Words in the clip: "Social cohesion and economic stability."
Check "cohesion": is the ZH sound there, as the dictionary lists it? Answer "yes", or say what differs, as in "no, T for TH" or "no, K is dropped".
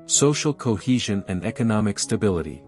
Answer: yes